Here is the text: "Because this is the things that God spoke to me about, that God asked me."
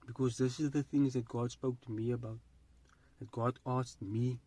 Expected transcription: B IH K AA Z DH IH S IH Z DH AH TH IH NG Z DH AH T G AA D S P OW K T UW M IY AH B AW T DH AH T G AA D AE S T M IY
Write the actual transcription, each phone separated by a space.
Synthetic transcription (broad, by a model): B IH K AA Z DH IH S IH Z DH AH TH IH NG Z DH AH T G AA D S P OW K T UW M IY AH B AW T DH AH T G AA D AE S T M IY